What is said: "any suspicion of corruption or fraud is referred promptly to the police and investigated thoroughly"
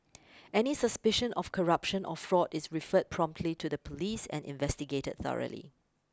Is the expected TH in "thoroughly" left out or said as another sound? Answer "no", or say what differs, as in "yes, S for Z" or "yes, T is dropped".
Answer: no